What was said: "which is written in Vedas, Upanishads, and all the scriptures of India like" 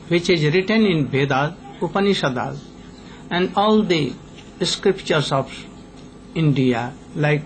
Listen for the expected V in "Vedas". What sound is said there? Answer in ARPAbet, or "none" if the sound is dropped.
B